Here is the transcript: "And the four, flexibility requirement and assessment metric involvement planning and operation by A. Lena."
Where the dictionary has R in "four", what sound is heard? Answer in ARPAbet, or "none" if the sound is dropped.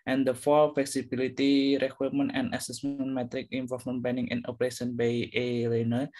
L